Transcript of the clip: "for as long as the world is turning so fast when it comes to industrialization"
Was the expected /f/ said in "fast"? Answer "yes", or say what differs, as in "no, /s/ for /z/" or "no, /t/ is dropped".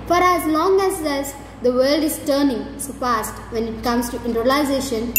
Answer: no, /p/ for /f/